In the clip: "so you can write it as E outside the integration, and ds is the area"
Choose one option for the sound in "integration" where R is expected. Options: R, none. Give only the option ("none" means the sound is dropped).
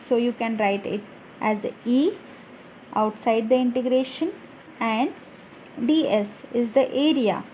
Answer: R